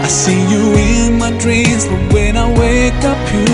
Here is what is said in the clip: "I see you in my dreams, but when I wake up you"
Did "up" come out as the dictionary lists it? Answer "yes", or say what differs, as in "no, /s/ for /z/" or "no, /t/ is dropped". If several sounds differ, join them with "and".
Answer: yes